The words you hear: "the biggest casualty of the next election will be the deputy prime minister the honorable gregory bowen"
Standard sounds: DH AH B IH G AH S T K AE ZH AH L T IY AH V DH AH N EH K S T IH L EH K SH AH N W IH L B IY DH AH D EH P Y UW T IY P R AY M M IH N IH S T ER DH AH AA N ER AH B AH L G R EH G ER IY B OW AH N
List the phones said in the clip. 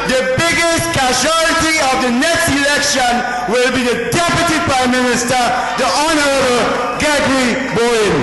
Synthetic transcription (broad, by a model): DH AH B IH G AH S T K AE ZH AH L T IY AH V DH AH N EH K S T IH L EH K SH AH N W IH L B IY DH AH D EH P Y UW T IY P R AY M M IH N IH S T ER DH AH AA N ER AH B AH L G EH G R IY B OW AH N